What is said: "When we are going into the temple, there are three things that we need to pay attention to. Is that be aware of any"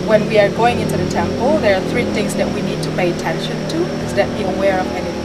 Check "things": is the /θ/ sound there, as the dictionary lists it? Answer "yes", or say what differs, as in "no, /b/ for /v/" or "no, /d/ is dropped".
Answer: yes